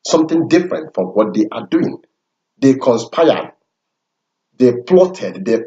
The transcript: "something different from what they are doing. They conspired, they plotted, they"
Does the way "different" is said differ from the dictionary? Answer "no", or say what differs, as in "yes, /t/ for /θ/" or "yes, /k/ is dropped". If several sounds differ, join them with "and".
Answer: no